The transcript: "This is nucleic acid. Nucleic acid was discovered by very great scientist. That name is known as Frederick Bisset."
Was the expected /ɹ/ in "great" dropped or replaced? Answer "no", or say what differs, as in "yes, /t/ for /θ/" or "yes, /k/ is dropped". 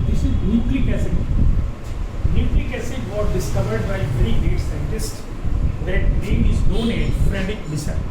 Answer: yes, /ɹ/ is dropped